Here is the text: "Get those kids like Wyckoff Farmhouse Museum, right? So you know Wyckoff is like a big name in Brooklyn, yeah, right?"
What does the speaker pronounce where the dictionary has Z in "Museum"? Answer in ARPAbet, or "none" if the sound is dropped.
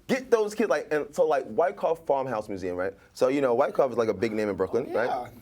Z